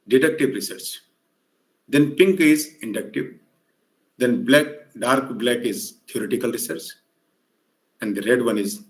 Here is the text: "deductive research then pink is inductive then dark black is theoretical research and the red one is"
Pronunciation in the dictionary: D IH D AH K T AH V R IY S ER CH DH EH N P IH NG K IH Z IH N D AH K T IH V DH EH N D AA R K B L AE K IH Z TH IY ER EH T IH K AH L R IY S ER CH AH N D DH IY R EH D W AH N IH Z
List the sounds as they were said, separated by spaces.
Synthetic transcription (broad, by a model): D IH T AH K T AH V R IY S ER CH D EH N P IH NG K IH Z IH N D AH K T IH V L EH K D AA R K B L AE K IH Z T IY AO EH T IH K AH L R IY S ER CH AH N D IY R EH D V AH N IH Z